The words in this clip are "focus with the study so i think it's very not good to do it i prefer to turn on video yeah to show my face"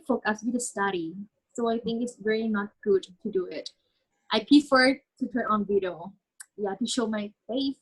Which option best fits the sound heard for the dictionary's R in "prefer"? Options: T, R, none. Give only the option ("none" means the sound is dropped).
none